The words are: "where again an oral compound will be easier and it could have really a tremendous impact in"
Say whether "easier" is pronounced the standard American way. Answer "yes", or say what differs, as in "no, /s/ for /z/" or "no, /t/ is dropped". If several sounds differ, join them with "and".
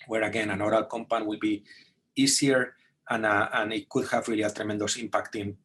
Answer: no, /s/ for /z/